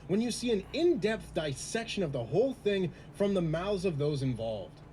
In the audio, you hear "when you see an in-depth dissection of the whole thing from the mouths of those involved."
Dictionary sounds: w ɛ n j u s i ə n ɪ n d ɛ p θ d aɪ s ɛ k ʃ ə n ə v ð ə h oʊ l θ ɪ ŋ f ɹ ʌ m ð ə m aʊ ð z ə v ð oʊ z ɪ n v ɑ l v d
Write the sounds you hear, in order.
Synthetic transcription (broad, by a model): w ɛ n j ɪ s i ə n ɪ n d ɛ p θ d aɪ s ɛ k ʃ ə n ə v ð ə h oʊ l θ ɪ ŋ f ɹ ʌ m ð ə m aʊ z ə v ð oʊ z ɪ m v ɑ l v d